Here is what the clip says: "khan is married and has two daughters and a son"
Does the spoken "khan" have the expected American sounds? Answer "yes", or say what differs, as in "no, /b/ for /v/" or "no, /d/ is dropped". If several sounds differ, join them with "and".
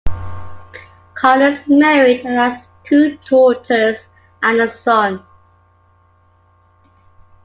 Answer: no, /l/ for /n/